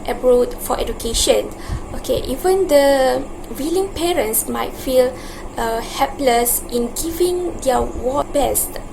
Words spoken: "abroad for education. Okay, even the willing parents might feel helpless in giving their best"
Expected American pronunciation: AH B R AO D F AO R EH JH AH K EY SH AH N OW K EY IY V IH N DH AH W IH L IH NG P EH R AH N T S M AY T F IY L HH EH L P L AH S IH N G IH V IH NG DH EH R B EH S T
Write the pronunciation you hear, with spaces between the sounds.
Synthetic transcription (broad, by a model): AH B R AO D F AO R EH JH AH K EY SH AH N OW K EY IY V IH N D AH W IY L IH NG P EH R AH N T S M AY T F IY L HH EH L P L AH S IH N G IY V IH NG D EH W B EH S T